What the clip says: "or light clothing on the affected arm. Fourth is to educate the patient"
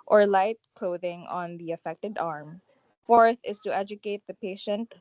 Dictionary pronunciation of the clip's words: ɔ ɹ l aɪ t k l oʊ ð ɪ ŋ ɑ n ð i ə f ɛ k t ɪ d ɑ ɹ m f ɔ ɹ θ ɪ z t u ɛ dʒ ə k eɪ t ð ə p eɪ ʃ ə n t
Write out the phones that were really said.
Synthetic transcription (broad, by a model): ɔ ɹ l aɪ t k l oʊ ð ɪ ŋ ɑ n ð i ə f ɛ k t ɪ d ɑ ɹ m f ɔ ɹ θ ɪ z t u ɛ dʒ ə k eɪ t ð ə p eɪ ʃ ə n t